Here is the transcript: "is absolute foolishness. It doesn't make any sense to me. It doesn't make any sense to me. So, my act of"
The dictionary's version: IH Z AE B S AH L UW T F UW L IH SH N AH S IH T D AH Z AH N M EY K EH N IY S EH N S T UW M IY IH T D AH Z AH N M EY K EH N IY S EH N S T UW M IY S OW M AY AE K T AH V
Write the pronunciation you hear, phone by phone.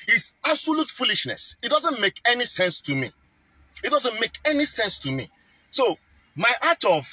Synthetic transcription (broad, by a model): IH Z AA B S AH L UW T F UW L IH SH N AH S IH T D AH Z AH N M EY K EH N IY S EH N S T UW M IY IH T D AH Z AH N M EY K EH N IY S EH N S T UW M IY S OW M AY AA T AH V